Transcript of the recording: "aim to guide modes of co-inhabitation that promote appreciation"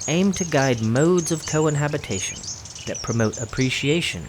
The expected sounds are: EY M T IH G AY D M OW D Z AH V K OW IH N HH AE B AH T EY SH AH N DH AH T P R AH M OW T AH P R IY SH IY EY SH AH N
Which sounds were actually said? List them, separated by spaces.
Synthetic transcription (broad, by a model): EY M T IH G AY D M OW D Z AH V K OW IH N HH AE B AH T EY SH AH N DH AH T P R AH M OW T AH P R IY SH IY EY SH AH N